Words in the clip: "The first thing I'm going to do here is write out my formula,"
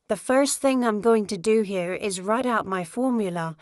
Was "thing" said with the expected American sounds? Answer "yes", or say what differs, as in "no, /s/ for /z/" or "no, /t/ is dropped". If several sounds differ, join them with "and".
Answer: yes